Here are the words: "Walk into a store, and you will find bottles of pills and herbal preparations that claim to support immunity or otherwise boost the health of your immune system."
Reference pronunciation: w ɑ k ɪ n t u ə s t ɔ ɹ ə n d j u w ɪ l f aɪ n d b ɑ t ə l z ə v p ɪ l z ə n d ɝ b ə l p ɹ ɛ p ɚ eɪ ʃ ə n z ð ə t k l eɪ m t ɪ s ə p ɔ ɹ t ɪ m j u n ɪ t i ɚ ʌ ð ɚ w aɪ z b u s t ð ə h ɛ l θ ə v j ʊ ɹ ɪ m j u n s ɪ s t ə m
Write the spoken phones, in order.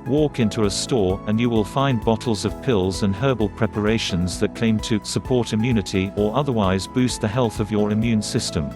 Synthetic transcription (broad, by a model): w ɑ k ɪ n t u ə s t ɔ ɹ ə n j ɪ w ɪ l f aɪ n b ɑ t l z ə v p ɪ l z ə n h ɝ b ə l p ɹ ɛ p ɚ eɪ ʃ ə n z ð ə t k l eɪ m t ɪ s ə p ɔ ɹ t ɪ m j u n ɪ t i ɚ ʌ ð ɚ w aɪ z b u s t ð ə h ɛ l θ ə v j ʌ ɹ ɪ m j u n s ɪ s t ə m